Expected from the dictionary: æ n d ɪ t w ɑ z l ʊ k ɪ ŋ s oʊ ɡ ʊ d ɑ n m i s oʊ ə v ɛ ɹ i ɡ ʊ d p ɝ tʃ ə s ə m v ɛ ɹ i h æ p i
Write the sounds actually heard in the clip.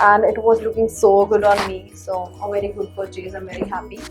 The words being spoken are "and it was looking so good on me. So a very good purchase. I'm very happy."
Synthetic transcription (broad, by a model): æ n d ɪ t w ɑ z l ʊ k ɪ ŋ s oʊ ɡ ʊ d ɑ n m i s oʊ ə v ɛ ɹ i ɡ ʊ d f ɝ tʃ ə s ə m v ɛ ɹ i h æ p i